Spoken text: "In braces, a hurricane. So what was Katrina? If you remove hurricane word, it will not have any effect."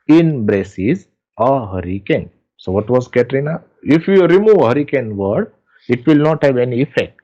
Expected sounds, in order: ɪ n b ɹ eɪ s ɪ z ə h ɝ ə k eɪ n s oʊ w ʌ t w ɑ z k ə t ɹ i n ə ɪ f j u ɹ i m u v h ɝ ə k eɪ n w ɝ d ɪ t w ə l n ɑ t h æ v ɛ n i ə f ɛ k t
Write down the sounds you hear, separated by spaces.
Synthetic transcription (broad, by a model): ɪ n b ɹ eɪ s ɪ z ə h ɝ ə k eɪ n s oʊ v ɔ t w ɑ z k ə t ɹ i n ə ɪ f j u ɹ i m u v h ɝ ə k eɪ n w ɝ d ɪ t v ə l n ɑ t h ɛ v ɛ n i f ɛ k t